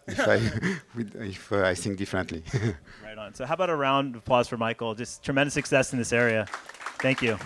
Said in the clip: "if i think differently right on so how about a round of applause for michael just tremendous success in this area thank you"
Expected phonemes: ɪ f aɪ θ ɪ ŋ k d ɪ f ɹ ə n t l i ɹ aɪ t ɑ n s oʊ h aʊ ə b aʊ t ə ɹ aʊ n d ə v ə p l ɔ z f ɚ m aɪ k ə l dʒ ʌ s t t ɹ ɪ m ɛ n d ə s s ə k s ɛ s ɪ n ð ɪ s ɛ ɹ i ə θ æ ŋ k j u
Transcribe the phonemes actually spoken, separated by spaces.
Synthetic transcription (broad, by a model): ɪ f aɪ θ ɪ ŋ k d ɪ f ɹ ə n t l i ɹ aɪ t n s oʊ h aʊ ə b aʊ t ə ɹ aʊ n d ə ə p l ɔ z f ɚ m aɪ k l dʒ ʌ s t t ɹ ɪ m ɛ n d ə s s ə k s ɛ s n ð ɪ s ɛ ɹ i ə θ æ ŋ k j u